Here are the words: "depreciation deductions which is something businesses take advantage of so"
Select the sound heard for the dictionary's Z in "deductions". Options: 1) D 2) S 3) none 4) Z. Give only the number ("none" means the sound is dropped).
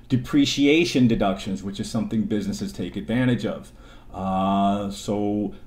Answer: 4